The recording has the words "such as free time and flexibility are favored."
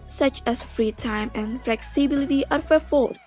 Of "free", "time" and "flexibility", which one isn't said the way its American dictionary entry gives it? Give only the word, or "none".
none